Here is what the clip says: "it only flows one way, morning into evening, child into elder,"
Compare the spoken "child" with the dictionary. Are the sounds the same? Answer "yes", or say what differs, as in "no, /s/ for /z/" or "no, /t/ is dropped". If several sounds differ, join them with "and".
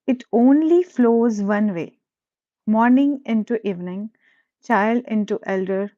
yes